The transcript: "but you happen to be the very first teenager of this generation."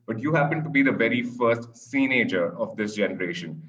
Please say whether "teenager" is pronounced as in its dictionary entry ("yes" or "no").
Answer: no